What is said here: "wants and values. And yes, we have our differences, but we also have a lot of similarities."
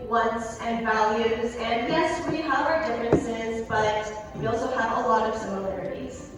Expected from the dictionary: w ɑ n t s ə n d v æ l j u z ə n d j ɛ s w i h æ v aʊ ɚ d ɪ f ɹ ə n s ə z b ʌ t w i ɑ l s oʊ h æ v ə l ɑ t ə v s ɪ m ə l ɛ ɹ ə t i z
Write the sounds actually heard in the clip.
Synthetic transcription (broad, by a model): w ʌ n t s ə n v æ l j u z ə n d j ɛ s w i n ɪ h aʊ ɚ d ɪ f ɹ ə n s ə z b ʌ t w i ɑ l s oʊ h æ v ə l ɑ t ə v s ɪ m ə l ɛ ɹ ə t i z